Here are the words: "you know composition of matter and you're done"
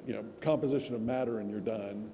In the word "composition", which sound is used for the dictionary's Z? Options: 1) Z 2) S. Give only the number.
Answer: 1